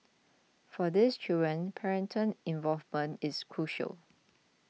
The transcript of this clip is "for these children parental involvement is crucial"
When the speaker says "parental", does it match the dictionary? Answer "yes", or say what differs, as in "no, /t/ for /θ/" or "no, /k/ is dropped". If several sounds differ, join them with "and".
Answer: no, /n/ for /l/